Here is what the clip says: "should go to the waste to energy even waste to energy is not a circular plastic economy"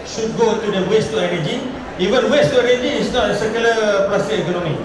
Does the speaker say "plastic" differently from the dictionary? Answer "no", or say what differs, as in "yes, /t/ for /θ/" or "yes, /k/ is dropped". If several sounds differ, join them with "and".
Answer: yes, /k/ is dropped